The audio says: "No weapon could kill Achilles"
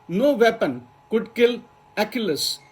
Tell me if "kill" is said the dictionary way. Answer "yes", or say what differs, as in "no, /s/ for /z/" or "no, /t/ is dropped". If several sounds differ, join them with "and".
yes